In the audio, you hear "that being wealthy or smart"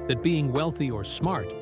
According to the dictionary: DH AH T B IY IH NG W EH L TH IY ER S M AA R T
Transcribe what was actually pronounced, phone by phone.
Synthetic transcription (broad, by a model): DH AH T B IY IH NG W EH L TH IY ER S M AA R T